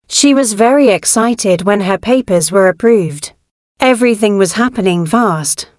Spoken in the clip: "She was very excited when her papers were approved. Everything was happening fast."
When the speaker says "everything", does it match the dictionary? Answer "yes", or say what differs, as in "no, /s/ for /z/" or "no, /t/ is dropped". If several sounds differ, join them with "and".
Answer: yes